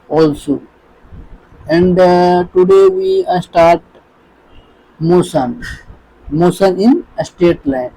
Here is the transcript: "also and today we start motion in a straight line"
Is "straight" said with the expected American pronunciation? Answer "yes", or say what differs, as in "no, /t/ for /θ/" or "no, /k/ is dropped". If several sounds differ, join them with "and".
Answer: no, /ɹ/ is dropped